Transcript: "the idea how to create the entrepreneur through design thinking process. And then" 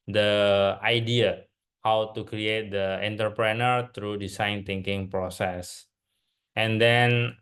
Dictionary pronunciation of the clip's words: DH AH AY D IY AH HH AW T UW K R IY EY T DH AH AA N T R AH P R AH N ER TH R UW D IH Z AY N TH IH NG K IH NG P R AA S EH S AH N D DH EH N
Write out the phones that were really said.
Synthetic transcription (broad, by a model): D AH AY D IY AH HH AW T UW K R IY EY T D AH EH N T R P R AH N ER T R UW D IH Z AY N T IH NG K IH NG P R AA S EH S AH N D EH N